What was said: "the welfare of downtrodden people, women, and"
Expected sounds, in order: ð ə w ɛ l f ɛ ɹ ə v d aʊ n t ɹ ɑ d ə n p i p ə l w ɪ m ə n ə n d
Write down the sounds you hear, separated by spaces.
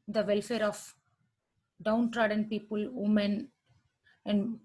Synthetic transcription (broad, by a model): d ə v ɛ l f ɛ ɹ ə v d aʊ n t ɹ ɑ d ə n p i p ə l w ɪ m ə n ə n d